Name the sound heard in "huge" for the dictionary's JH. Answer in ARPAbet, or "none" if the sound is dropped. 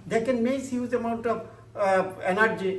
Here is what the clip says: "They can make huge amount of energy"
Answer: Z